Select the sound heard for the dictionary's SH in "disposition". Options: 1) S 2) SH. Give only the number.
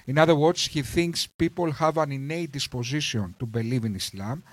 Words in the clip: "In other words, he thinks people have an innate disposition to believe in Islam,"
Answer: 1